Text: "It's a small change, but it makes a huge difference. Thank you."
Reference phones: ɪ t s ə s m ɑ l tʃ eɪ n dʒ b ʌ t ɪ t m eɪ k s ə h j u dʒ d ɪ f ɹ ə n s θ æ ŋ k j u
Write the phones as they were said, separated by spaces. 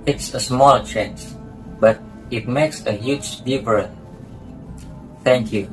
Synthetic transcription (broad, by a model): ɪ t s ə s m ɑ l tʃ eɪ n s b ʌ t ɪ t m eɪ k s ə h j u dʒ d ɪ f ɹ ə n θ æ ŋ k j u